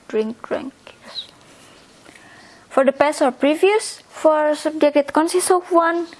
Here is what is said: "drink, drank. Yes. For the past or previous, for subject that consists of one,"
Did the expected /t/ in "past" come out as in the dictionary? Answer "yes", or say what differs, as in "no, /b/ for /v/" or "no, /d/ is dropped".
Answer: no, /t/ is dropped